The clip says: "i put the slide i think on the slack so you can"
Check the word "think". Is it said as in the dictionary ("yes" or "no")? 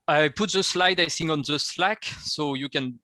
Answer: no